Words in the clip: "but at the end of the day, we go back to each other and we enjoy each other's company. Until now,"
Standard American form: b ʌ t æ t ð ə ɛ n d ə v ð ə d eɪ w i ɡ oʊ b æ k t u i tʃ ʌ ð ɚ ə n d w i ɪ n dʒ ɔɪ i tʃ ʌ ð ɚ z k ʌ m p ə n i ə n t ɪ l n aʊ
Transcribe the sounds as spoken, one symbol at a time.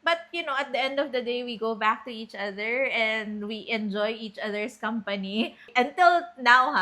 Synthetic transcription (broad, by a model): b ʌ t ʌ t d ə ɛ n d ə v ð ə d eɪ w i ɡ oʊ b æ k t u i tʃ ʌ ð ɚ ə n d w i ɪ n dʒ ɔɪ i tʃ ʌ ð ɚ s k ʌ m p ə n i ə n t ɪ l n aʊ